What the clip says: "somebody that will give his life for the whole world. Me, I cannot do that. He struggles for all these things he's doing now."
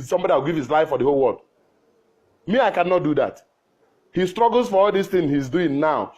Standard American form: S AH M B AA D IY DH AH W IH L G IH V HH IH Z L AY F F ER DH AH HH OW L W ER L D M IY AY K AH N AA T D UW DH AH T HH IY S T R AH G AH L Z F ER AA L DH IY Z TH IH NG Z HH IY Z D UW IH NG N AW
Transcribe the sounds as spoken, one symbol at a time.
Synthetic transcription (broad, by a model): S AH M B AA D IY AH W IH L G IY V HH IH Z L AY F F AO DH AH HH OW L W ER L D M IY AY K AH N AA T D UW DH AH T HH IY S T R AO G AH L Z F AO AA L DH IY S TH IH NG HH IY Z D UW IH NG N AW